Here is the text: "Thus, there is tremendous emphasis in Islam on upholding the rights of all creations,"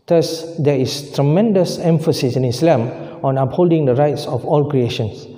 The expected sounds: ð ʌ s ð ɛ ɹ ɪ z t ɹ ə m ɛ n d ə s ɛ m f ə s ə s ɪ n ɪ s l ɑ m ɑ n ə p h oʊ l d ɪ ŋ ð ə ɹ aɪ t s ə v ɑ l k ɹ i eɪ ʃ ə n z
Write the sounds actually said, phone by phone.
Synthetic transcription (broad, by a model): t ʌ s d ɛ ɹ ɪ s t ɹ ə m ɛ n d ə s ɛ m f ə s ə s ɪ n ɪ s l ɑ m ɑ n ə p h oʊ l d ɪ ŋ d ə ɹ aɪ t s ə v ɑ l k ɹ i eɪ ʃ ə n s